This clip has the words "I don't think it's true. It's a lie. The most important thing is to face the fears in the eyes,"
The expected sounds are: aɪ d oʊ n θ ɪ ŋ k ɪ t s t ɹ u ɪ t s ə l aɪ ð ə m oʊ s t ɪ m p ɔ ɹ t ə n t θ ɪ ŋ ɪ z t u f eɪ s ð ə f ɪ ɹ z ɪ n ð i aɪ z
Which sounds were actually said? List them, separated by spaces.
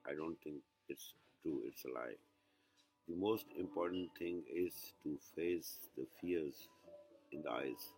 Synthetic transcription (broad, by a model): aɪ d oʊ n t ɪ ŋ k ɪ t s t ɹ u ɪ t s ə l aɪ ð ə m oʊ s t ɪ m p ɔ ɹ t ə n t t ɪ ŋ ɪ z t u f eɪ s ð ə f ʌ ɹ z ɪ n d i aɪ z